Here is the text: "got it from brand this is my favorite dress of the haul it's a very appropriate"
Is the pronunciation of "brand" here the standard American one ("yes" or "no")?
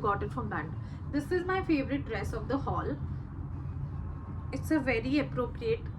no